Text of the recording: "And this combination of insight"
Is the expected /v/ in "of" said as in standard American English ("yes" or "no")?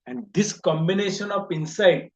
no